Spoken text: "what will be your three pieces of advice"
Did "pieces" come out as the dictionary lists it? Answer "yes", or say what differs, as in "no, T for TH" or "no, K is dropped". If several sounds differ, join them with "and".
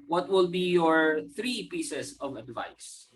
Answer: no, S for Z